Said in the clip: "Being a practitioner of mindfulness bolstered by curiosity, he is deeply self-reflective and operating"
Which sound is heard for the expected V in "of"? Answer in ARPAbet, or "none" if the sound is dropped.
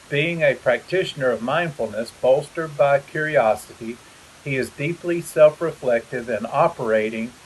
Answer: V